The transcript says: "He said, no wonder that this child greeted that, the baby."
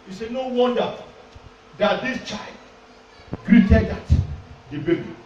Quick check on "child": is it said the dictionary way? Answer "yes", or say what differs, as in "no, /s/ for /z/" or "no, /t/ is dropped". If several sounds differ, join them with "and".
yes